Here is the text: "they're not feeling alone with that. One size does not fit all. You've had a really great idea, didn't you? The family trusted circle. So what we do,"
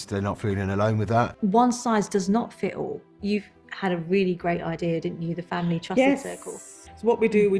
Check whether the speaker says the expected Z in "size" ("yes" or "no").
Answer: yes